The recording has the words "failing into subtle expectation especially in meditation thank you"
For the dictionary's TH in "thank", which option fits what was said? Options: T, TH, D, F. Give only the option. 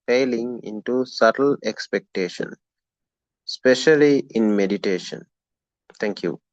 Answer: T